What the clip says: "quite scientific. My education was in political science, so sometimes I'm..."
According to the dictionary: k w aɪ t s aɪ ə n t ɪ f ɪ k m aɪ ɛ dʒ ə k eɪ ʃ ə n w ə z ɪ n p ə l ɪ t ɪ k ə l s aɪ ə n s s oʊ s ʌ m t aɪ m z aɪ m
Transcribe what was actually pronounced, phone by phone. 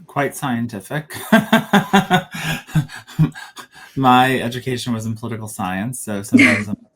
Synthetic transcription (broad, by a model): k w aɪ t s aɪ ə n t ɪ f ɪ k m aɪ ɛ dʒ ə k eɪ ʃ ə n w ə z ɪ n p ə l ɪ t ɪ k l s aɪ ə n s s oʊ s ʌ m t aɪ m z aɪ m